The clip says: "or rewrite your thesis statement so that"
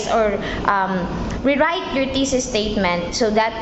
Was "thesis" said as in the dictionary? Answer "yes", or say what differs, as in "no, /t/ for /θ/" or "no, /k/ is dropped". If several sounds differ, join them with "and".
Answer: no, /t/ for /θ/